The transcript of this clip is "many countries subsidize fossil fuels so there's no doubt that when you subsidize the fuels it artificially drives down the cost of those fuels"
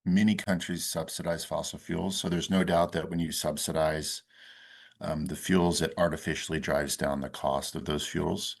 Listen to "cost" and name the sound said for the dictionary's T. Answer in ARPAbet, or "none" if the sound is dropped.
T